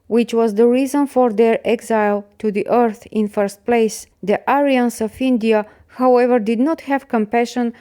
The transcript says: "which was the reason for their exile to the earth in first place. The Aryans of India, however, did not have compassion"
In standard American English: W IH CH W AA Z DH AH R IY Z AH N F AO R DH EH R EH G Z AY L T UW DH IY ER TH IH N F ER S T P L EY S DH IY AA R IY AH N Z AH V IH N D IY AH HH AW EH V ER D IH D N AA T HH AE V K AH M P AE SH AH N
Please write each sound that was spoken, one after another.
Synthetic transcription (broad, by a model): W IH CH W AA Z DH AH R IY Z AH N F AO R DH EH R EH G Z AY L T UW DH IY ER TH IH N F ER S T P L EY S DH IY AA R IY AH N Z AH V IH N D IY AH HH AW EH V ER D IH D N AA T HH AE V K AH M P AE SH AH N